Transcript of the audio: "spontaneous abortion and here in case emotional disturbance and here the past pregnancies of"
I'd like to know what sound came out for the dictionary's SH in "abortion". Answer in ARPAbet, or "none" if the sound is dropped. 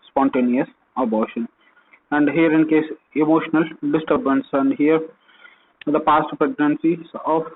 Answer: SH